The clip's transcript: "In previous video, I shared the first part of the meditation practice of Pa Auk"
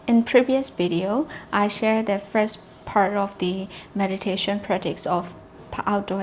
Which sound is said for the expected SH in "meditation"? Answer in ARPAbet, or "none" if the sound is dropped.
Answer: SH